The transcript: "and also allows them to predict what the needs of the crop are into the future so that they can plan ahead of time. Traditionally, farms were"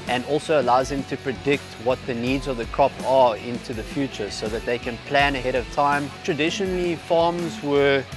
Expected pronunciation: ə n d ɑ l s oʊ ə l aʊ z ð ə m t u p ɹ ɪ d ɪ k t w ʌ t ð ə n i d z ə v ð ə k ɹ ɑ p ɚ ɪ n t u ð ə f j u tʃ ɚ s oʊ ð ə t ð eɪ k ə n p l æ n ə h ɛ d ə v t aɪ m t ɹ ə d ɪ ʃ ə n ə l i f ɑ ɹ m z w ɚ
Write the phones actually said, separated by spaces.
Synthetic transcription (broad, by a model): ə n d ɑ l s oʊ ə l aʊ z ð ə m t u p ɹ ɪ d ɪ k t w ʌ t ð ə n i d z ə v ð ə k ɹ ɑ p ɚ ɪ n t u ð ə f j u tʃ ɚ s oʊ ð ə t ð eɪ k ə n p l æ n ə h ɛ d ə v t aɪ m t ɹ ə d ɪ ʃ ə n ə l i f ɑ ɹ m z w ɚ